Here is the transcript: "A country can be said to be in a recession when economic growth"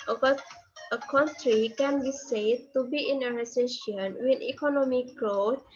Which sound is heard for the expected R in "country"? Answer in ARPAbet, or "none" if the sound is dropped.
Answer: R